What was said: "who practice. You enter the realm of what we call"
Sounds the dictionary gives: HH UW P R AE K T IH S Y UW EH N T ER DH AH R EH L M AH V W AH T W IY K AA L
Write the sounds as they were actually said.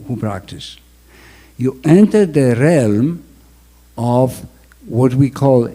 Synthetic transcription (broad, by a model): HH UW P R AE K T IH S Y UW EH N T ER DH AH R EH L M AH V W AH T W IY K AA L